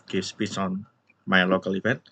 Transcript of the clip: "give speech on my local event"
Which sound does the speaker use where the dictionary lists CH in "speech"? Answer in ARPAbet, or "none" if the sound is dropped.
S